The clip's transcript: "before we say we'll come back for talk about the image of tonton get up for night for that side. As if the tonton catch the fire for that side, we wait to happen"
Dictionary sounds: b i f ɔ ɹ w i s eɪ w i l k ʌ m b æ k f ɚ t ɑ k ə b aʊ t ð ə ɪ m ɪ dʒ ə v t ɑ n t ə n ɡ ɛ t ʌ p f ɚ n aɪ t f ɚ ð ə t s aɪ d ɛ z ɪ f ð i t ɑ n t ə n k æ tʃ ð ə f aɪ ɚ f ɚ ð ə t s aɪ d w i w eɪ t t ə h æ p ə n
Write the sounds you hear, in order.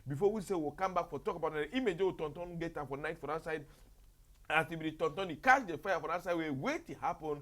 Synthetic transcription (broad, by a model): b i f ɔ w i s eɪ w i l k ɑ m b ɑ k f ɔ t ɑ k ə b aʊ t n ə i m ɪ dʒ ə w t ɑ n t ə n ɡ ɛ t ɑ f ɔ n aɪ t f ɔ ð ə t s aɪ d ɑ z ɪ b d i t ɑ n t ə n k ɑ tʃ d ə f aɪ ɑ f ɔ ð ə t s aɪ d w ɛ w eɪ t t ə h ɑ p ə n